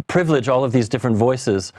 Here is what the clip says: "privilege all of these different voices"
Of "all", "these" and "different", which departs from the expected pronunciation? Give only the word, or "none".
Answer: none